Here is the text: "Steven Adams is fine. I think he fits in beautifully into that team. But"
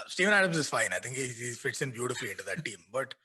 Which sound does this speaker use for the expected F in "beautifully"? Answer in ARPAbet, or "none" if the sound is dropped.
F